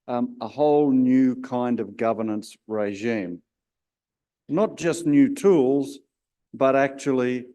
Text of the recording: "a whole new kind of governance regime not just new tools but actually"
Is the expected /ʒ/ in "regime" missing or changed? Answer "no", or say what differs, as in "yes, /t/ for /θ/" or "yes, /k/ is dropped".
no